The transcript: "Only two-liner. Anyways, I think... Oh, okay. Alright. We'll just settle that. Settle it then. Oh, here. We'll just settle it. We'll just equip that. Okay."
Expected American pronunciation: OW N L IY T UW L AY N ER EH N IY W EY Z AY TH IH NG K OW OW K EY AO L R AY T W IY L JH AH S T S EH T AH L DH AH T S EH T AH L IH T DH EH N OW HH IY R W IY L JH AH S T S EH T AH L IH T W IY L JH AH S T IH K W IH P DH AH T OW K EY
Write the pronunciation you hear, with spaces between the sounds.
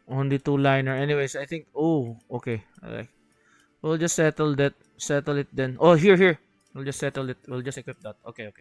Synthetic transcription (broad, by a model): OW N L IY T UW L AY N ER EH N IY W EY S AY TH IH NG K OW OW K EY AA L AY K W IY L JH AH S T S EH T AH L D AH T S EH T AH L IH T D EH N OW HH IY R W IY L JH AH S T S EH T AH L IH T W IY L JH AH S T IH K W IH P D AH T OW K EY